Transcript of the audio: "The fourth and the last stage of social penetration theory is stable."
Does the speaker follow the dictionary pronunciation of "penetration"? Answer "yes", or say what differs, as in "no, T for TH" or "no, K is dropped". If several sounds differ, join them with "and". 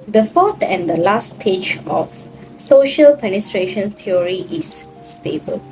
yes